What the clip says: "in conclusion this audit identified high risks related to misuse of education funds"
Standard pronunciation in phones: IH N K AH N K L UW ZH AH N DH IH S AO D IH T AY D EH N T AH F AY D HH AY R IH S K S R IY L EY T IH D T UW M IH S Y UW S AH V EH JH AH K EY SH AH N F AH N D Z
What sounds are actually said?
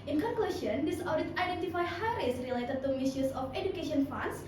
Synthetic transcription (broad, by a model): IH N K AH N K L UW S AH N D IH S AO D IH T AY D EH N T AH F AY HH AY R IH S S R IY L EY T IH D T UW M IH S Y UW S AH F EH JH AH K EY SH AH N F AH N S